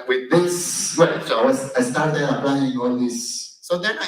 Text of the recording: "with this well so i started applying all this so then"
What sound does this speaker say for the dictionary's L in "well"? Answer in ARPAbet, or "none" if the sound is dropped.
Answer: W